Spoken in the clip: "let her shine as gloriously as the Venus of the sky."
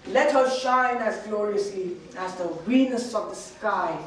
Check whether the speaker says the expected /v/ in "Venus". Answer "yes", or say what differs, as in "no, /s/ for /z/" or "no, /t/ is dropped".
no, /w/ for /v/